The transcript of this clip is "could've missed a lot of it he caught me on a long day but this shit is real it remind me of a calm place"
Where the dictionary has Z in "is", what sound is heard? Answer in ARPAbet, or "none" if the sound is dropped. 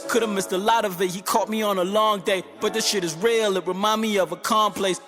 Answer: Z